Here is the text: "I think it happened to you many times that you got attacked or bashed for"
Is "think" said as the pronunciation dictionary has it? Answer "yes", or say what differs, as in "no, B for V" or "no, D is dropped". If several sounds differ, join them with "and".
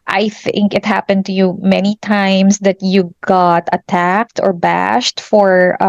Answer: yes